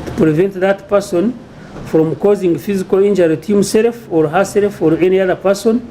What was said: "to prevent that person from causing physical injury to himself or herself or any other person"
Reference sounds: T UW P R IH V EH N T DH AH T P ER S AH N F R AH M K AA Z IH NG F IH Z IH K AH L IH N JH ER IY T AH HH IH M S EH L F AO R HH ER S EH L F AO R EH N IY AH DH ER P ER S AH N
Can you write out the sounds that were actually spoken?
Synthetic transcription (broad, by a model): T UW P R IH V EH N T DH AH T P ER S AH N F R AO M K AA Z IH NG F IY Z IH K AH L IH N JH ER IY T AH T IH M S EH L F AO R HH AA S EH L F AO R EH N IY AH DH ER P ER S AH N